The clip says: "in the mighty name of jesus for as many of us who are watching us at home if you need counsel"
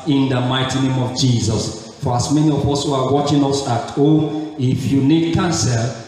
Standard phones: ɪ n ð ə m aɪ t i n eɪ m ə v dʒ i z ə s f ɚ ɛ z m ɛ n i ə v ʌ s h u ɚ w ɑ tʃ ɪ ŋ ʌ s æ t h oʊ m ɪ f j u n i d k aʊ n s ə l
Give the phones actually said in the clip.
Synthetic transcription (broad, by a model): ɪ n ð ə m aɪ t i n eɪ m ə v dʒ i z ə s f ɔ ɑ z m ɛ n i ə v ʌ s h u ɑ w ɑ tʃ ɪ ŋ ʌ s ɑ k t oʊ ɪ f j u n i d k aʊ n s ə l